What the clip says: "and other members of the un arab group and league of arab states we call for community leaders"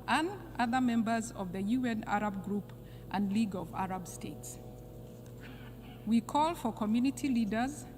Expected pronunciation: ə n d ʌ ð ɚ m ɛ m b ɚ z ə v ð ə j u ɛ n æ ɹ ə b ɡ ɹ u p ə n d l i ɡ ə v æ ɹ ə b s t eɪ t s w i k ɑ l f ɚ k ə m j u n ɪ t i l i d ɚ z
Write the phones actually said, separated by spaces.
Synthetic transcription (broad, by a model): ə n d ʌ ð ɚ m ɛ m b ɚ z ə v ð ə j u ɛ n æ ɹ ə b ɡ ɹ u p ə n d l i ɡ ə v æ ɹ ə b s t eɪ t s w i k ɑ l f ɚ k ə m j u n ɪ t i l i d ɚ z